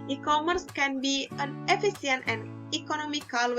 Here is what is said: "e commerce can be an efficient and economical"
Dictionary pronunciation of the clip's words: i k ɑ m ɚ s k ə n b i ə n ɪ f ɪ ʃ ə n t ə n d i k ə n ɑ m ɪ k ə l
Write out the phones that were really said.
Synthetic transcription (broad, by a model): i k ɑ m ɚ s k ə n b i ə n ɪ f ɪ s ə n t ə n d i k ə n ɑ m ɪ k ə l